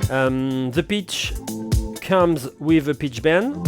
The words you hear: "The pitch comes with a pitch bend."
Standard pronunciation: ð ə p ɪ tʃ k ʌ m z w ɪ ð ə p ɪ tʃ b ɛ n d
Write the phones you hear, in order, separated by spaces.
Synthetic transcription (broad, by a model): ð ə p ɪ tʃ k ʌ m z w ɪ ð ə p ɪ tʃ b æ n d